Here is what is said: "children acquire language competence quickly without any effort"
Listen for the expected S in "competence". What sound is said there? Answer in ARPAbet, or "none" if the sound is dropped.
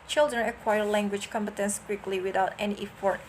S